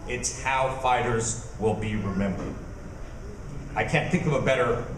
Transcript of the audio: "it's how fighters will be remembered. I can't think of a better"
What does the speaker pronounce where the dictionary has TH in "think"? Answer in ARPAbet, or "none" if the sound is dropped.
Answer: TH